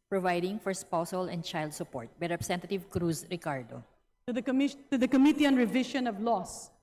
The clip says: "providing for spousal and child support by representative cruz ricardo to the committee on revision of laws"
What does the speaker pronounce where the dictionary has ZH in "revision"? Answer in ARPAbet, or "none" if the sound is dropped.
SH